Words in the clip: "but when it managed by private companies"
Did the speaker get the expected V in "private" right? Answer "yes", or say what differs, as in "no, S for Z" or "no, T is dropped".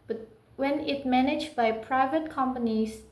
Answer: yes